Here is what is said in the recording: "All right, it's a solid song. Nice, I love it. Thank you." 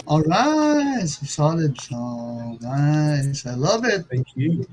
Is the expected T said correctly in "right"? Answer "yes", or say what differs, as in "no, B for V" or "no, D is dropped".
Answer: no, T is dropped